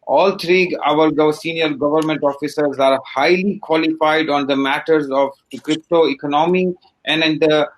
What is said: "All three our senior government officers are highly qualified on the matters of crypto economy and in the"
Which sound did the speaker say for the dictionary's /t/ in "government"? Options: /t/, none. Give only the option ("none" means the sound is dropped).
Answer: /t/